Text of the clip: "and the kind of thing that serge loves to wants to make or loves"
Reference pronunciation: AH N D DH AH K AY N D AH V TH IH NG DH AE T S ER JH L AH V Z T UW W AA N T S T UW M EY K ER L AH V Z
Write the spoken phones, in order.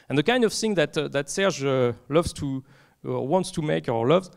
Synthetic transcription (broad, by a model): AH N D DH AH K AY N D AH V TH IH NG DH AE T S ER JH L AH V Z T UW W AA N T S T UW M EY K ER L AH V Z